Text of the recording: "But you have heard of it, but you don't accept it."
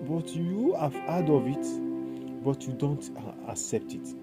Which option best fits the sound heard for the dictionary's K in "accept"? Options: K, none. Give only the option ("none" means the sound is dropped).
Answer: K